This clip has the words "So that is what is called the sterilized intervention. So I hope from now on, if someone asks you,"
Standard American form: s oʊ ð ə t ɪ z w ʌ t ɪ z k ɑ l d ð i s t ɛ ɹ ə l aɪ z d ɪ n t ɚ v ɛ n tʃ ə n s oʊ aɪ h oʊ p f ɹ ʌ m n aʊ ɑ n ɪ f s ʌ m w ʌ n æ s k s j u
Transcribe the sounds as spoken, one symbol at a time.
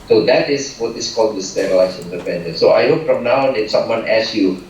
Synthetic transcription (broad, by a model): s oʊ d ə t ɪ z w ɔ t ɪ s k ɑ l d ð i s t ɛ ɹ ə ɪ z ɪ n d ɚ p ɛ n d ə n s oʊ aɪ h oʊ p f ɹ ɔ m n aʊ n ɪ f s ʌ m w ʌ n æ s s j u